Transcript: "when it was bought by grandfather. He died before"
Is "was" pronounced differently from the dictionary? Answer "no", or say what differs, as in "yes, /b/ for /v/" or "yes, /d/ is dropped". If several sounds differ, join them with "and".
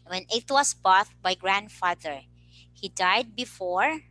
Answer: yes, /s/ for /z/